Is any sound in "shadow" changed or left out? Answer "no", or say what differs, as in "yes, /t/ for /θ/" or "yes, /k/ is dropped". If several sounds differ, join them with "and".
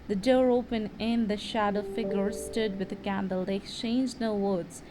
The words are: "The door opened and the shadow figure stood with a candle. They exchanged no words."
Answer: no